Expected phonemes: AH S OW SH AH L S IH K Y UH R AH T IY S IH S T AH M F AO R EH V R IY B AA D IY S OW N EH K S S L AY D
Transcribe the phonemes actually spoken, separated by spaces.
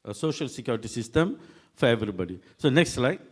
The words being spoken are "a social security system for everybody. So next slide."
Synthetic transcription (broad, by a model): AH S OW SH AH L S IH K Y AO R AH T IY S IH S T AH M F AO R EH V R IY B AA D IY S OW N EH K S S L AY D